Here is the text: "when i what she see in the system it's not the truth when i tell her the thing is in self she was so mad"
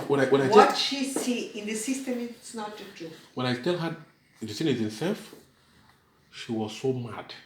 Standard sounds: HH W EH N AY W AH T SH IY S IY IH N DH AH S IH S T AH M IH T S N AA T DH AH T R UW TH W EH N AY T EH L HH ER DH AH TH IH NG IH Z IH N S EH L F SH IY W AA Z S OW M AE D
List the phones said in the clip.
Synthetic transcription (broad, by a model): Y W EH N AY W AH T SH IY S IY IH N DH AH S IH S T AH M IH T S N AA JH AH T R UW W EH N AY T EH L HH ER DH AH S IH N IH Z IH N S EH L F SH IY W AA Z S OW M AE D